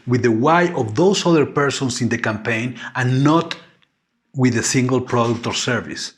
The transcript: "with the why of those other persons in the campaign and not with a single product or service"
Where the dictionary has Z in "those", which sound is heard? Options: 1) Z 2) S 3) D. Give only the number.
2